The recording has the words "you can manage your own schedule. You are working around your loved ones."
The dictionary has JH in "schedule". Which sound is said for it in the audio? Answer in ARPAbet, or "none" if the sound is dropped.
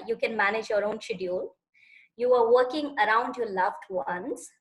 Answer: none